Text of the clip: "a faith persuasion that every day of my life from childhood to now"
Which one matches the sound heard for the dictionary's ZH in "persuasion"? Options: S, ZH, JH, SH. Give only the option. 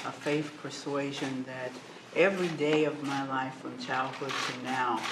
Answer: ZH